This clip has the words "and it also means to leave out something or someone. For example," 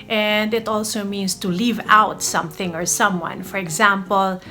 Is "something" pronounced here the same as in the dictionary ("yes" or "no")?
yes